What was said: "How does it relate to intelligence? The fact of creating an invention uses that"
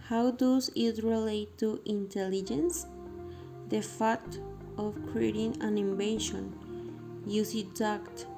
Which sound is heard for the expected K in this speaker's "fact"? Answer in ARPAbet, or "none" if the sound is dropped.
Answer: none